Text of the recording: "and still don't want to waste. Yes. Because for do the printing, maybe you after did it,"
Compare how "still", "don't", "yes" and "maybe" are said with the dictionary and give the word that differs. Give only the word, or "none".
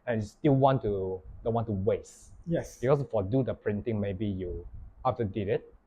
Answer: still